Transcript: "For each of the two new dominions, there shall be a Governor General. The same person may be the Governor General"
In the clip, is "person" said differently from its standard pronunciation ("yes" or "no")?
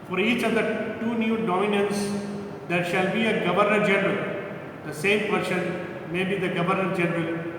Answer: yes